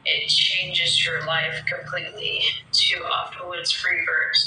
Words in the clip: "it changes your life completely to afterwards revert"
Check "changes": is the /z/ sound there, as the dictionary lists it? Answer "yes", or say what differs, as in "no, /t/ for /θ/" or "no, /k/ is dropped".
yes